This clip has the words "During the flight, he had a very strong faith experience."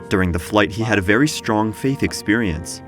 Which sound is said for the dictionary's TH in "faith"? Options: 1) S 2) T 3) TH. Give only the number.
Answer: 3